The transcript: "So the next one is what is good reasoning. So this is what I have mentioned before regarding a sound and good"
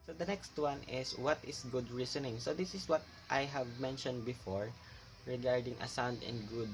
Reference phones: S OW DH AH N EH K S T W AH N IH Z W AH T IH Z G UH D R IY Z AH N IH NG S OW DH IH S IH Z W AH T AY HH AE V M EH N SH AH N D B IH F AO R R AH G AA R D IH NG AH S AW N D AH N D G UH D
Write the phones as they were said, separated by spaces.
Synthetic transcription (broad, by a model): S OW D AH N EH K S T W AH N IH S W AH T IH S G UH D R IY S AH N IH NG S OW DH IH S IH S W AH T AY HH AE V M EH N SH AH N D B IH F AO R R AH G AA R D IH NG AH S AW N D AH N D G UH D